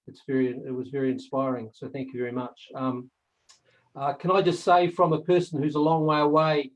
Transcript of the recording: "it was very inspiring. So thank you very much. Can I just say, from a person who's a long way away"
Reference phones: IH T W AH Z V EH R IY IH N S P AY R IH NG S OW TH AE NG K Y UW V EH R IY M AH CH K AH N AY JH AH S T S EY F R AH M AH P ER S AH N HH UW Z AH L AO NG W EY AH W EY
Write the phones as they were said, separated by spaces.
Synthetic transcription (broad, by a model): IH T W AH Z V EH R IY IH N S P AY R IH NG S OW TH AE NG K Y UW V EH R IY M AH CH K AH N AY JH AH S T S EY F R AH M AH P ER S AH N HH UW Z AH L AO NG W EY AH W EY